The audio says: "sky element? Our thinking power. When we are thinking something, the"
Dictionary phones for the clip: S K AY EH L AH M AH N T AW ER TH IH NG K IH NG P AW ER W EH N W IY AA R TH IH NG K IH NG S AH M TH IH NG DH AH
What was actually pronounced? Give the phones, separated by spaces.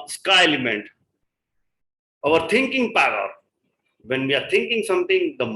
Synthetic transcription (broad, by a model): S K AY EH L AH M AH N T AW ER T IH NG K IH NG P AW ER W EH N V IY AA R T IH NG K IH NG S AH M T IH NG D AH